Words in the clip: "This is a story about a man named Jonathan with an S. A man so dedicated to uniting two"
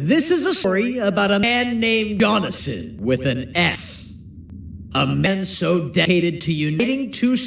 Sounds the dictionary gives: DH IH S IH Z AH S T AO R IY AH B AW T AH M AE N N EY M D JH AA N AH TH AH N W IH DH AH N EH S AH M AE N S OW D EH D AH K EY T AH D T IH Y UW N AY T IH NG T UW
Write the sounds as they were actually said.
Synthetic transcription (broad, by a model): DH IH S IH Z AH S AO R IY AH B AW T AH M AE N N EY M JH AA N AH S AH N W IH DH AH N EH S AH M AE N S OW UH D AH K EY T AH D T IH Y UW N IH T IH NG T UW